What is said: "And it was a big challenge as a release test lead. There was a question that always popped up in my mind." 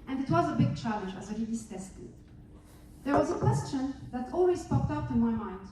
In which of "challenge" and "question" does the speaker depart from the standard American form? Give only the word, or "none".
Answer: none